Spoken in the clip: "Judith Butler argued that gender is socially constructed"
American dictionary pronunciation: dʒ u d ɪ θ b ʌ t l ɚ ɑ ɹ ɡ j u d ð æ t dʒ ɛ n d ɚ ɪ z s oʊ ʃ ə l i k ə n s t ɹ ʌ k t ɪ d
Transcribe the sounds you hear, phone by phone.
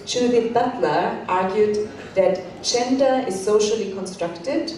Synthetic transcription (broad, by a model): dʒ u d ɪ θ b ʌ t l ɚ ɑ ɹ ɡ j u d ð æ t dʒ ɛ n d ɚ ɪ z s oʊ ʃ ə l i k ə n s t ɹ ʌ k t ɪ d